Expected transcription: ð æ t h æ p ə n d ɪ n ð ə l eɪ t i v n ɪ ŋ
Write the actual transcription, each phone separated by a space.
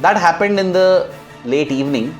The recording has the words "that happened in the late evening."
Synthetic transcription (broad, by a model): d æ t h æ p ə n d ɪ n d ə l eɪ t i v n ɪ ŋ